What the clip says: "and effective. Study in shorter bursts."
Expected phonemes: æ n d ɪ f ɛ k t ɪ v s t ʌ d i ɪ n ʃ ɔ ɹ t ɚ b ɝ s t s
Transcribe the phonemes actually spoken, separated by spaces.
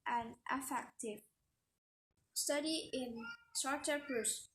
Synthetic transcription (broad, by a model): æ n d ɪ f ɛ k t ɪ v s t ʌ d i ɪ n s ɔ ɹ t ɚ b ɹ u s